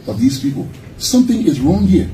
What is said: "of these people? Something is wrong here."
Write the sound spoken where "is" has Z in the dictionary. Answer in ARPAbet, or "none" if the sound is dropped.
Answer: Z